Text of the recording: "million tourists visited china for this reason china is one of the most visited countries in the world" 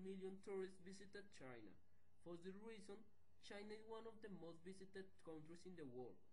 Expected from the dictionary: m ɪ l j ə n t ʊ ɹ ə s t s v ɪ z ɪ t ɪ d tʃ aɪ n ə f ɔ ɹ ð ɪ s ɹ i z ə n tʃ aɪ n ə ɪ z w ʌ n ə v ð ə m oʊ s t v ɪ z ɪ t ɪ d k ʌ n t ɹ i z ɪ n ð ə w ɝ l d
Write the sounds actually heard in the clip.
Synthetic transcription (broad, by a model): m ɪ l j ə n t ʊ ɹ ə s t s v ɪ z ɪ t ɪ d tʃ aɪ n ə f ɔ ɹ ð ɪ ɹ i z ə n tʃ aɪ n ə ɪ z w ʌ n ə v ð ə m oʊ s t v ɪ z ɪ t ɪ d k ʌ n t ɹ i s ɪ n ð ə w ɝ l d